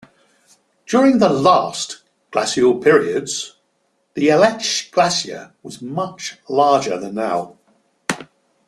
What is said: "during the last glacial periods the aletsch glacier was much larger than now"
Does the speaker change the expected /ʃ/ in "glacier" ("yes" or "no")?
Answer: yes